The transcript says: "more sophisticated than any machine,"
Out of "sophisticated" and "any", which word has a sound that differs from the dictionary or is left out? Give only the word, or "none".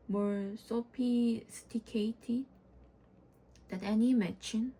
sophisticated